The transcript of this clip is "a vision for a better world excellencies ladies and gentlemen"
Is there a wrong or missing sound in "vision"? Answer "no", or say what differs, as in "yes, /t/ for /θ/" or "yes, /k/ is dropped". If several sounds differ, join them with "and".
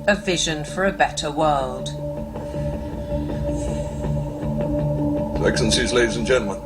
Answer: no